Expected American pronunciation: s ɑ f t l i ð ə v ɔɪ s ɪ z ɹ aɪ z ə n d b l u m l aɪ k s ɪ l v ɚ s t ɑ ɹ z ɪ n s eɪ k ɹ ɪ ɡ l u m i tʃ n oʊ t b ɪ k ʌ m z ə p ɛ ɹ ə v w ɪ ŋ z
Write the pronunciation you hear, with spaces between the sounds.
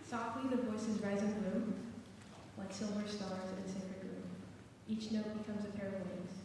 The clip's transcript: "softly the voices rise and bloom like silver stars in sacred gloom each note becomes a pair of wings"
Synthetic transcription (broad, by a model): s ɑ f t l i ð ə v ɔɪ s ɪ z ɹ aɪ z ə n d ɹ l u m w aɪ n s ɪ l v ɚ s t ɑ ɹ z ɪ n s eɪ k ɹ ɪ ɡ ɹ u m i tʃ n oʊ t b ɪ k ʌ m z ə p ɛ ɹ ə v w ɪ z